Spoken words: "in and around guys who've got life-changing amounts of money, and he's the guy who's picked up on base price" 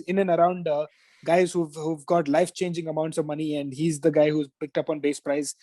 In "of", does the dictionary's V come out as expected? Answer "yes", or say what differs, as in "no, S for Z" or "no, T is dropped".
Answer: yes